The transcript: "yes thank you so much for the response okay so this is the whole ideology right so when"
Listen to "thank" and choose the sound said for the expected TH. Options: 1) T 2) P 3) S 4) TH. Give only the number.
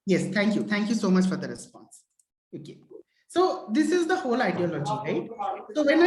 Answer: 1